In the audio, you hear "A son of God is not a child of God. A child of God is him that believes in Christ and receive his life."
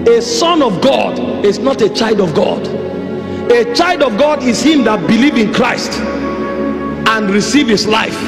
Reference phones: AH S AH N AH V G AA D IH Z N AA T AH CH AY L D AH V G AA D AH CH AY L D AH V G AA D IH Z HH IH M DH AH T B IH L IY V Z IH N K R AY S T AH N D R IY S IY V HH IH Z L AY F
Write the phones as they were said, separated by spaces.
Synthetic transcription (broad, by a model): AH S AH N AH V G AA D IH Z N AA T AH CH AY L D AH V G AA D AH CH AY L D AH V G AA D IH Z HH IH M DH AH T B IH L IY V IH N K R AY S T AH N R IY S IY V HH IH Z L AY F